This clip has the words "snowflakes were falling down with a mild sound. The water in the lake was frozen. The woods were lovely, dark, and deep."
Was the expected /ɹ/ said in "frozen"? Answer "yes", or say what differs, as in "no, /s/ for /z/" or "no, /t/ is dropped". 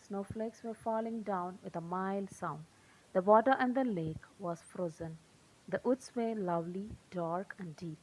yes